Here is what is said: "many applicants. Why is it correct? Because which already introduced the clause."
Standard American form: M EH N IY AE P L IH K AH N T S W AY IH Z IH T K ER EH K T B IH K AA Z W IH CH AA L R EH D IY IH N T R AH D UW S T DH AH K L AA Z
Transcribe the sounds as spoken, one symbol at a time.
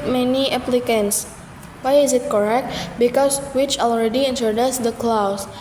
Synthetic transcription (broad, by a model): M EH N IY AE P L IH K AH N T S W AY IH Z IH T K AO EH K T B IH K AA S W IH CH AA L R EH D IY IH N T AH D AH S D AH K L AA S